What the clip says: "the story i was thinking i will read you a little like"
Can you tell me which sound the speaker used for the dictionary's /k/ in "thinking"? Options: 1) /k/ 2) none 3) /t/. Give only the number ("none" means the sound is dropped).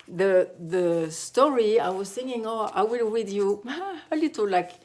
2